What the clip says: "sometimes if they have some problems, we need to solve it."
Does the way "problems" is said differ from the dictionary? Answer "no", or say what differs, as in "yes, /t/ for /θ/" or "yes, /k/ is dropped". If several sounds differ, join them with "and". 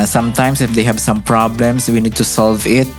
yes, /s/ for /z/